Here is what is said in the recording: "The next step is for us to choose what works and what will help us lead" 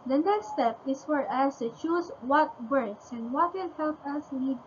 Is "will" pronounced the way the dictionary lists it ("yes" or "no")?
no